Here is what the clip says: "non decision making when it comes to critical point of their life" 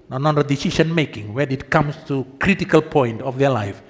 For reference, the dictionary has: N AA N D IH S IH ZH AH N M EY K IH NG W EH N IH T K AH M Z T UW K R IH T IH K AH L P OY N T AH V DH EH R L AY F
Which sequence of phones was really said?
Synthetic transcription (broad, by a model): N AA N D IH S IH SH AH N M EY K IH NG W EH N IH T K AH M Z T UW K R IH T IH K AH L P OY N T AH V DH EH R L AY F